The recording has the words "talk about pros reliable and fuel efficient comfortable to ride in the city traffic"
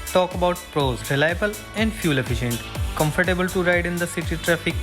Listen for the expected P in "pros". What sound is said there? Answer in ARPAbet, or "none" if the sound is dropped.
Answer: P